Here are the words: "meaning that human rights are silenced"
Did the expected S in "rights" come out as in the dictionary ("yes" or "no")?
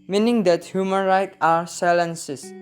no